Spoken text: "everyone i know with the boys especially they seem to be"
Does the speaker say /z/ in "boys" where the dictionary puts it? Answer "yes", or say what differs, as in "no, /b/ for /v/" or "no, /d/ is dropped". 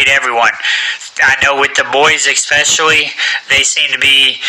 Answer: yes